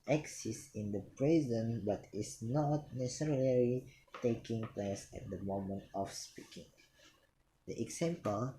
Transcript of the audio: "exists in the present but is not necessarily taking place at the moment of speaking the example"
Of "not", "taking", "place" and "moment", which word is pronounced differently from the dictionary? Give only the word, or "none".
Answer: none